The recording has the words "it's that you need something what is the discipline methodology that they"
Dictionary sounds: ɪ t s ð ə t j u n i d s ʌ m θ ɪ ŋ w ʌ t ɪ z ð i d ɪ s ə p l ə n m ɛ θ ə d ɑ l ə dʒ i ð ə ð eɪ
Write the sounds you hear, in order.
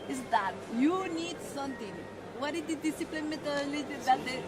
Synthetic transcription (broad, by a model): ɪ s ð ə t j u n i d s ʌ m t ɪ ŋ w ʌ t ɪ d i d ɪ s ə p l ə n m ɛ t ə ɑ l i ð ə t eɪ